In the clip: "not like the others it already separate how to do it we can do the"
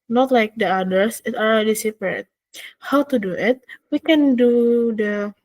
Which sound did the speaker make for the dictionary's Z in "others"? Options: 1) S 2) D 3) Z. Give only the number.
1